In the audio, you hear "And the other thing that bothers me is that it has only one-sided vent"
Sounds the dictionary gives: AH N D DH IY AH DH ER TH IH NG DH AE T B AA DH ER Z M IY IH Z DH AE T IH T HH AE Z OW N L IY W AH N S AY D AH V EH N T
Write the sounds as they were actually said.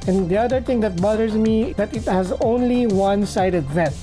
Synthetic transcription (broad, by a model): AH N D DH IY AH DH ER T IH NG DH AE T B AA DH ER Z M IY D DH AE T IH T HH AE Z OW N L IY W AH N S AY D AH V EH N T